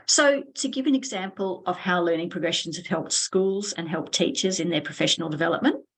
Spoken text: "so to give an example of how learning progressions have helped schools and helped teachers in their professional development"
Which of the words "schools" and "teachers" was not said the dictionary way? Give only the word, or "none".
none